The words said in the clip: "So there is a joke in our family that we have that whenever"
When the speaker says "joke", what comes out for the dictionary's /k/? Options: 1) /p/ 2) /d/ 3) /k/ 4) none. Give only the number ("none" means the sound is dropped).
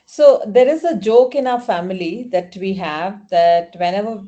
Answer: 3